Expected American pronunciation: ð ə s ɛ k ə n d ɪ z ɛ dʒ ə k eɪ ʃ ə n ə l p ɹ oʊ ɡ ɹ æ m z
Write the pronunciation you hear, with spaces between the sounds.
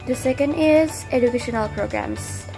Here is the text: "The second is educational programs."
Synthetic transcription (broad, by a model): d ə s ɛ k ə n d ɪ z ɛ dʒ ə k eɪ ʃ ə n ə l p ɹ oʊ ɡ ɹ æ m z